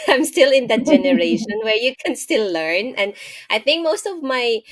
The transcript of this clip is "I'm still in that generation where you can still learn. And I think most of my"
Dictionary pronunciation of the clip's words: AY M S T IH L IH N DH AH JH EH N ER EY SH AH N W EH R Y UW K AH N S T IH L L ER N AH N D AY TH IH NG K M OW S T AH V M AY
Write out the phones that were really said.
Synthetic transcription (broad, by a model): AY M S T IH L IH N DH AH JH EH N ER EY SH AH N W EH R Y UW K AH N S T IH L L ER N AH N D AY TH IH NG K M OW S T AH V M AY